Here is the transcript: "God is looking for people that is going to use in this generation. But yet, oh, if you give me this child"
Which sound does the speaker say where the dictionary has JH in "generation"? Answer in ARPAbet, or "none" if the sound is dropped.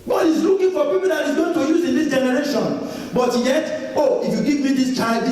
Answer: JH